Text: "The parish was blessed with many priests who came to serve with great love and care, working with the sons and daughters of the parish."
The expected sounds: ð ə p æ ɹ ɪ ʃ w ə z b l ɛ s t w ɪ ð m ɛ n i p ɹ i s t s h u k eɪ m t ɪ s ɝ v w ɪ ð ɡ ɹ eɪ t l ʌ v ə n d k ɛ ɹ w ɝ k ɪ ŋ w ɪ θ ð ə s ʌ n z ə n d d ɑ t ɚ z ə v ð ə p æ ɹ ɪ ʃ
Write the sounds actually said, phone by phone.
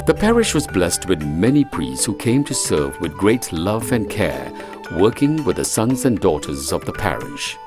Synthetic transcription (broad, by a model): ð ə p æ ɹ ɪ ʃ w ə z b l ɛ s t w ɪ ð m ɛ n i p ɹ i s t s h u k eɪ m t ɪ s ɝ v w ɪ ð ɡ ɹ eɪ t l ʌ v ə n k ɛ ɹ w ɝ k ɪ ŋ w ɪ ð ə s ʌ n z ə n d d ɑ t ɚ z ə v ð ə p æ ɹ ɪ ʃ